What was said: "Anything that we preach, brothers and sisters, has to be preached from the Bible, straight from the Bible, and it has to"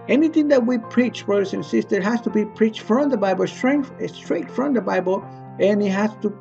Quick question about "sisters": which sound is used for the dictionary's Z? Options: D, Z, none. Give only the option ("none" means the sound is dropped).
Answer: none